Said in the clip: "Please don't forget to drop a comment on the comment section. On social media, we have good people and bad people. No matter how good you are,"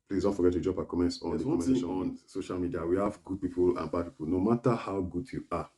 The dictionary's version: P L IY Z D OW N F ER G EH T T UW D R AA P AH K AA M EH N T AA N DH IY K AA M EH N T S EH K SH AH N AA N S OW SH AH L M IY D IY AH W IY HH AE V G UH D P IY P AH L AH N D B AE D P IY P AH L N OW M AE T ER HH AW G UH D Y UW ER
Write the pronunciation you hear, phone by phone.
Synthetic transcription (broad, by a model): P L IY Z D OW N F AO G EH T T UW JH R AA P AH K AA M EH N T AA N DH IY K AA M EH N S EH SH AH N AA N S OW SH AH L M IY D IY AH W IY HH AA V G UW D P IY P AH L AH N B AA D P IY P AH L N OW M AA T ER HH AW G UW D Y UW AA